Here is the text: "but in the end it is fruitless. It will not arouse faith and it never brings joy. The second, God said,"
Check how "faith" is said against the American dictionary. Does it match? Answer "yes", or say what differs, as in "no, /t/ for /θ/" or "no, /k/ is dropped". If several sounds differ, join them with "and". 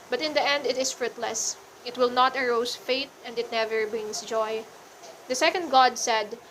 no, /t/ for /θ/